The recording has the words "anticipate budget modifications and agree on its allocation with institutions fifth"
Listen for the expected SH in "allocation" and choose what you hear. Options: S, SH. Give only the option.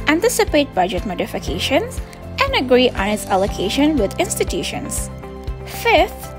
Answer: SH